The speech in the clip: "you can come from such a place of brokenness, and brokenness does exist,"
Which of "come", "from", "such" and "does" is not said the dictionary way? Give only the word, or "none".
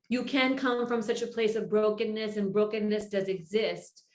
none